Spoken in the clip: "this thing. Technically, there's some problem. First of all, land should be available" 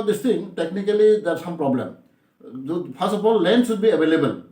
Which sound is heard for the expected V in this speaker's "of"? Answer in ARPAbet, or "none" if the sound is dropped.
P